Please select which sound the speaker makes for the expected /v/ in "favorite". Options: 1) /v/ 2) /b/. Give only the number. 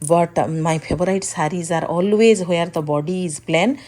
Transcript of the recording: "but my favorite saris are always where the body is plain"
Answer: 2